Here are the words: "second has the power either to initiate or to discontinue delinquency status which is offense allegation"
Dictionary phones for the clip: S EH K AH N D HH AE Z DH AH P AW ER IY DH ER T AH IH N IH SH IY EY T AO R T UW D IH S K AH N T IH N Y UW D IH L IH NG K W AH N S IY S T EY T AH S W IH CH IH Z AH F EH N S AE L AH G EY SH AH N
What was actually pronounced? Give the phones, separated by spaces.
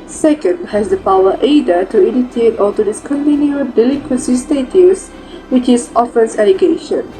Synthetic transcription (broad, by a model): S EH K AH N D HH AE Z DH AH P AW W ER T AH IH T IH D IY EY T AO L T UW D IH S K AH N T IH N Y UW D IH L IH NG K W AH N S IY S T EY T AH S W IH CH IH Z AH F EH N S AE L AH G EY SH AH N